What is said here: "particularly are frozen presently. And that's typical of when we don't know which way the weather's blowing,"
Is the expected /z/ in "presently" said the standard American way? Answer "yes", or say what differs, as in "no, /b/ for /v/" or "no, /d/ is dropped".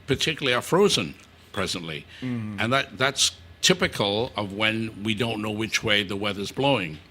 yes